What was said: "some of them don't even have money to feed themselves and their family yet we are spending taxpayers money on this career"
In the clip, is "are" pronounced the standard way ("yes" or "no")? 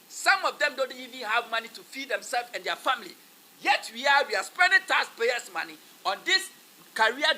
no